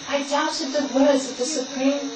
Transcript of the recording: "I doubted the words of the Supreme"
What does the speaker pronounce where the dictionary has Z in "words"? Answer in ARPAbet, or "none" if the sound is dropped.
Z